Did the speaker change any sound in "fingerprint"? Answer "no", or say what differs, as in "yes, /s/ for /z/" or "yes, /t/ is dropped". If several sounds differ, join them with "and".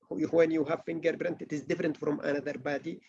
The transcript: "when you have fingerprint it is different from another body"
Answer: yes, /p/ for /f/